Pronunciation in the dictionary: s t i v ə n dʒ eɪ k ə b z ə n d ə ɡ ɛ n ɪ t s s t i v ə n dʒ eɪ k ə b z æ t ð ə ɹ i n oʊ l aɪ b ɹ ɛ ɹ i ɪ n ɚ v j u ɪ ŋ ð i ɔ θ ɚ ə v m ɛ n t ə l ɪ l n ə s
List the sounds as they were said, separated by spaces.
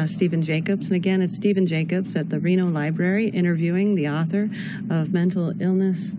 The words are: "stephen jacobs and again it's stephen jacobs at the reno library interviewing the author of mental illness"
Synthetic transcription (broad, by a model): s t i v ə n dʒ eɪ k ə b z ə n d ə ɡ ɛ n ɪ t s s t i v ə n dʒ eɪ k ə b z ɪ t ð ə ɹ i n oʊ l aɪ b ɹ ɛ ɹ i ɪ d ɚ v j u ɪ ŋ ð i ɔ θ ɚ ə v m ɛ n t l ɪ l n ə s